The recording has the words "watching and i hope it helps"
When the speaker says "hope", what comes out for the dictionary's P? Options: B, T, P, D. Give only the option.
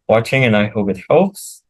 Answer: B